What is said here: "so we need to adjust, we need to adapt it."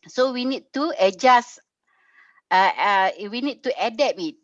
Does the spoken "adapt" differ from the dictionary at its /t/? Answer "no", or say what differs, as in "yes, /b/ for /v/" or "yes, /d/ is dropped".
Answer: yes, /t/ is dropped